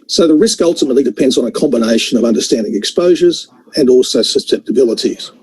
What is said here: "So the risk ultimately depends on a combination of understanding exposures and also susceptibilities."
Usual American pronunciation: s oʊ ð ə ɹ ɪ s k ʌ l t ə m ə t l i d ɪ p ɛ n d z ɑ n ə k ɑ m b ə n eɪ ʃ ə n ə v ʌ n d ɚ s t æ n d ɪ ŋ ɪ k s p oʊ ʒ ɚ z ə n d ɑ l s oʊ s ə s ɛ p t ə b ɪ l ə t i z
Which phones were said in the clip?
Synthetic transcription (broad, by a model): s oʊ ð ə ɹ ɪ s k ʌ l t ə m ə t l i d ɪ p ɛ n d z n ə k ɑ m b ə n eɪ ʃ ə n ə v ʌ n d ɚ s t æ n d ɪ ŋ ɪ k s p oʊ ʒ ɚ z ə n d ɑ l s oʊ s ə s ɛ p t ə b ɪ l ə t i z